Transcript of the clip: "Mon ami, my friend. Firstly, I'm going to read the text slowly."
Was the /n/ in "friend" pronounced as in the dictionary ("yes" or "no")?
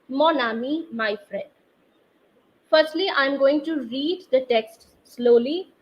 no